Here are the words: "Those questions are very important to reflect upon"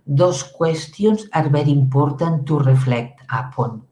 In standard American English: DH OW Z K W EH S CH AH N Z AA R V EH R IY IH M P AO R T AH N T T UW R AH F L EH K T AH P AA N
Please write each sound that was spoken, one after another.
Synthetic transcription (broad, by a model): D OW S K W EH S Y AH N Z AA R B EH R IY M P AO R T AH N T T UW R AH F L EH K T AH P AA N